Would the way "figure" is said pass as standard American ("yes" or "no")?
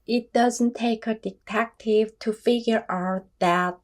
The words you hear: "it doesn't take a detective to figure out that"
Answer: yes